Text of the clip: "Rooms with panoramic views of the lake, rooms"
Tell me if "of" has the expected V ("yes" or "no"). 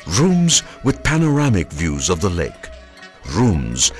yes